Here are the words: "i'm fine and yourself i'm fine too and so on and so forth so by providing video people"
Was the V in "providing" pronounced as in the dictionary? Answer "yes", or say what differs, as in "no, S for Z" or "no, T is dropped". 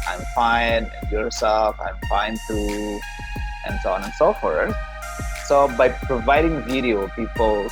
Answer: yes